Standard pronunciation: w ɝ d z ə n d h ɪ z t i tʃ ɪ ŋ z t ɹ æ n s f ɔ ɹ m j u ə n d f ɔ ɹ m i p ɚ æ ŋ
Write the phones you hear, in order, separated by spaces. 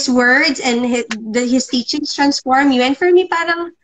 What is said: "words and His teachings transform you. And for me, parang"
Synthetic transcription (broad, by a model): w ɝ d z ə n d h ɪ s t i tʃ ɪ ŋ s t ɹ æ n s f ɔ ɹ m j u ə n f ɔ ɹ m i p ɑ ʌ ŋ